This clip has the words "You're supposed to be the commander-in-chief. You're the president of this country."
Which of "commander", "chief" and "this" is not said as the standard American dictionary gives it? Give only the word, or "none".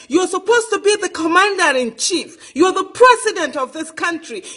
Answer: none